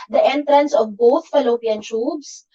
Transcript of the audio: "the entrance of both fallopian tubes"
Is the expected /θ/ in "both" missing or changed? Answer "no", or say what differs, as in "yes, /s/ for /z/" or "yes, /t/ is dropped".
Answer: yes, /t/ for /θ/